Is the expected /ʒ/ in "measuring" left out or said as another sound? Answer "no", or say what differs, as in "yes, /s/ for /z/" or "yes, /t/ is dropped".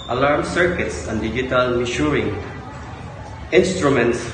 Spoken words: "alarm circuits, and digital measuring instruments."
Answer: yes, /ʃ/ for /ʒ/